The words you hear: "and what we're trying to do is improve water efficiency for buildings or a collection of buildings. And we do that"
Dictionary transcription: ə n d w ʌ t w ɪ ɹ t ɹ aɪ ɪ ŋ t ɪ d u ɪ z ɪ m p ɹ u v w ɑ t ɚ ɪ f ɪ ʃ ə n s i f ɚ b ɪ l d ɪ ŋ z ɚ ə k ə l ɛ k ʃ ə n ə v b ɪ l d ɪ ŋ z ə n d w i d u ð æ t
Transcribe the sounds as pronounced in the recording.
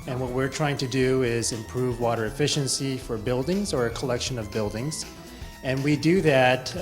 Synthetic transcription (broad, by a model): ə n w ʌ t w ɪ ɹ t ɹ aɪ ɪ ŋ t ɪ d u ɪ z ɪ m p ɹ u v w ɑ t ɚ ɪ f ɪ ʃ ə n s i f ɚ b ɪ l d ɪ ŋ z ɚ ə k ə l ɛ k ʃ ə n ə v b ɪ l d ɪ ŋ z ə n w i d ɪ ð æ t